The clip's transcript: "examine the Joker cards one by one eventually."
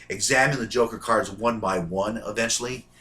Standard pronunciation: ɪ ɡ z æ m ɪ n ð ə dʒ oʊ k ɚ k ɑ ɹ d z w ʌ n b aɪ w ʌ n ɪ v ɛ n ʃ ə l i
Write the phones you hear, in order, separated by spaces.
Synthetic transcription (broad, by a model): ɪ ɡ z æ m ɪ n ð ə dʒ oʊ k ɚ k ɑ ɹ d z w ʌ n b aɪ w ʌ n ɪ v ɛ n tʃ l i